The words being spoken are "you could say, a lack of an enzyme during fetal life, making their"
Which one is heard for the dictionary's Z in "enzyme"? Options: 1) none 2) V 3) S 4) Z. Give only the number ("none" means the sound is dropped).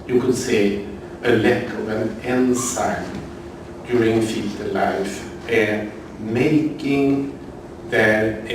3